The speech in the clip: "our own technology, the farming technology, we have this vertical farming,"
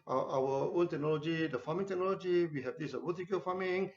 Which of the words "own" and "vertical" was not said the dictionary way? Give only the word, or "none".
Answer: vertical